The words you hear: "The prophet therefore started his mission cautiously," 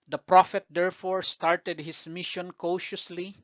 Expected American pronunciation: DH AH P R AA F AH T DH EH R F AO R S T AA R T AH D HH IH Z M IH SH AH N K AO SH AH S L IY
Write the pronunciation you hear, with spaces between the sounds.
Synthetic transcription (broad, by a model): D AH P R AA F AH T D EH R F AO R S T AA R T AH D HH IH S M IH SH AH N K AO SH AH S L IY